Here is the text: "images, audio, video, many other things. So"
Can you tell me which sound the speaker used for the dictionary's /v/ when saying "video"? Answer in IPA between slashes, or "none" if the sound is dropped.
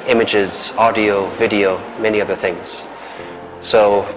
/v/